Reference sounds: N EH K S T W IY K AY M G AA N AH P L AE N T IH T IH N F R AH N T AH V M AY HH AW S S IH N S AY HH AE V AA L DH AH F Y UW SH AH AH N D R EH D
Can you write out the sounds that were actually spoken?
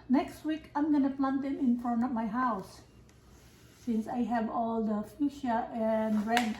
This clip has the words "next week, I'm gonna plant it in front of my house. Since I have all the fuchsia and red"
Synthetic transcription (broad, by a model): N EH K S T W IY K AY M G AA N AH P L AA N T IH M IH N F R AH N AH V M AY HH AW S S IH N S AY HH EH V AA L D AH F Y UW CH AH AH N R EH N